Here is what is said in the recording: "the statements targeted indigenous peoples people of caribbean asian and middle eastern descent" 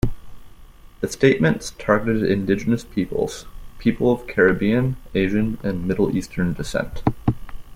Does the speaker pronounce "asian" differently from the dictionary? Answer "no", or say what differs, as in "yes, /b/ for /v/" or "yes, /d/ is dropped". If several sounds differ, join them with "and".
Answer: no